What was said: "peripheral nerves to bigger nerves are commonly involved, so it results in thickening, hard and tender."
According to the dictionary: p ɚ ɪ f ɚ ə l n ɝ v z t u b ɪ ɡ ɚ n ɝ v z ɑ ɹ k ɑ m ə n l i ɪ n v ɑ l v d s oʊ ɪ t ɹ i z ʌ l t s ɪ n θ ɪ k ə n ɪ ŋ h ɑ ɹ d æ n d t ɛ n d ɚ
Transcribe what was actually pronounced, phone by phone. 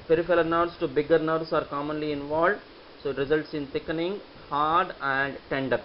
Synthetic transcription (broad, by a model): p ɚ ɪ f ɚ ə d n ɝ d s t u b ɪ ɡ ɚ n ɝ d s ɑ ɹ k ɑ m ə n l i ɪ n v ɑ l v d s oʊ ɪ t ɹ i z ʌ l t s ɪ n t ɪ k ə n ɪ ŋ h ɑ ɹ d æ n d t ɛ n d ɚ